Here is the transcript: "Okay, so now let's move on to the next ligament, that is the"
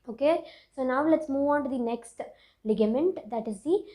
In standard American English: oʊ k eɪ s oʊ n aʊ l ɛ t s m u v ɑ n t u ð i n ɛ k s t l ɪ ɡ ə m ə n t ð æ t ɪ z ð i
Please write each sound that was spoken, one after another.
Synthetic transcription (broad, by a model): oʊ k eɪ s oʊ n aʊ l ɛ t s m u v ɑ n t u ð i n ɛ k s t l ɪ ɡ ə m ə n t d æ t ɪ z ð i